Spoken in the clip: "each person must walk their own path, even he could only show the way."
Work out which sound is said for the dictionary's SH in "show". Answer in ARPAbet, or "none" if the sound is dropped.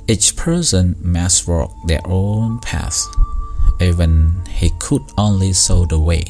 S